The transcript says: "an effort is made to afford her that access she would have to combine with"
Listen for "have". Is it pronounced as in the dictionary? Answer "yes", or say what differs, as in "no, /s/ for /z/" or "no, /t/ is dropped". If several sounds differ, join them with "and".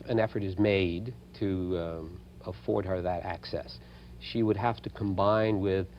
no, /f/ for /v/